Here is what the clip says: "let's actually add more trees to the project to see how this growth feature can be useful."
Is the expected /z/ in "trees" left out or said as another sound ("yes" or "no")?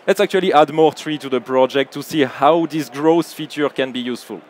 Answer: yes